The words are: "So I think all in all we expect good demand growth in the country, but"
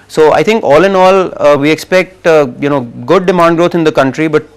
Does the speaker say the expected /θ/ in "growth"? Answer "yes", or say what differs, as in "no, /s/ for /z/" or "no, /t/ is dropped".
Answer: no, /t/ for /θ/